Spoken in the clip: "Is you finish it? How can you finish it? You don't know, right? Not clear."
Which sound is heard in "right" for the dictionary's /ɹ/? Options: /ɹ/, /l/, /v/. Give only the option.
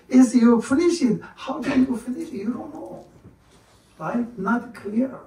/l/